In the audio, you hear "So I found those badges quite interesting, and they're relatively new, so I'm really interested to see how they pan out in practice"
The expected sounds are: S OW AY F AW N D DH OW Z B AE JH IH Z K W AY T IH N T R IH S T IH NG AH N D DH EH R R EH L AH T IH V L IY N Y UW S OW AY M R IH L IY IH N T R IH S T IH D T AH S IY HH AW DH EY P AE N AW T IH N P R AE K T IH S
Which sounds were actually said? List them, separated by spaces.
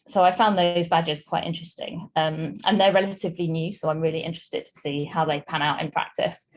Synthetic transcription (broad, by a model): S OW AY F AW N DH OW Z B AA JH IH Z K W AY T IH N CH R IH S T IH NG AH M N DH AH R R EH L AH T IH V L IY N Y UW S OW AY M R IH L IY IH N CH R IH S T IH D T AH S IY HH AW DH EY P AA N AW T IH N P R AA K T IH S